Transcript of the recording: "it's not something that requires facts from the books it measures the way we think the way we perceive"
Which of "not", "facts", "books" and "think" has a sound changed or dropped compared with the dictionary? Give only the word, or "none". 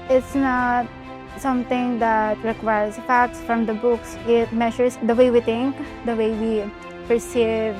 think